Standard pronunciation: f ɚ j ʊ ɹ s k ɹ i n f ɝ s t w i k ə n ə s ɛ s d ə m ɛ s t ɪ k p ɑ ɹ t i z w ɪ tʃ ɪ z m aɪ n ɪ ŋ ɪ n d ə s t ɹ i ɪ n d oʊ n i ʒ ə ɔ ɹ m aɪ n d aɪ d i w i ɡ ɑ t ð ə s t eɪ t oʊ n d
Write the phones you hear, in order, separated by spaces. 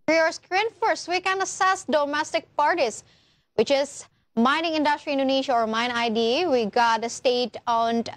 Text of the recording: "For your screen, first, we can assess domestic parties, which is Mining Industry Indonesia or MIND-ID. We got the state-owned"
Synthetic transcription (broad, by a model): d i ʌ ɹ s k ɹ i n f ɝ s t w i k ə n ə s ɛ s d ə m ɛ s t ɪ k p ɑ ɹ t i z w ɪ tʃ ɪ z m aɪ n ɪ ŋ ɪ n d ə s t ɹ i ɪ n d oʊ n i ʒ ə ɔ ɹ m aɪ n aɪ d i w i ɡ ɑ t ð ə s t eɪ t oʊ n